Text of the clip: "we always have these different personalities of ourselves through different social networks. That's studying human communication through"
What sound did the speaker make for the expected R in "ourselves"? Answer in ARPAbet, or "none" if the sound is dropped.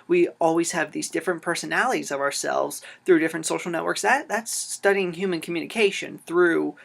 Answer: R